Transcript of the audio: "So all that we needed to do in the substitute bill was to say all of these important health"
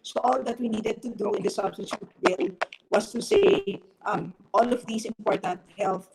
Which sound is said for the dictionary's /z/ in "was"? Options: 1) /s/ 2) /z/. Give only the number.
1